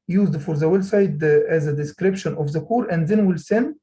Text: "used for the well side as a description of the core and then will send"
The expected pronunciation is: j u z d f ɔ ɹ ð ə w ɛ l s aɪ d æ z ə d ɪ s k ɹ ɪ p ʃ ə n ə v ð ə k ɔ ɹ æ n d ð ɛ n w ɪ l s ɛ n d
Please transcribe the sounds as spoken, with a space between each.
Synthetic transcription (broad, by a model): j u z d f ɔ ɹ ð ə w ɛ l s aɪ d æ z ə d ɪ s k ɹ ɪ p ʃ ə n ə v ð ə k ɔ ɹ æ n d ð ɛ n w ɪ l s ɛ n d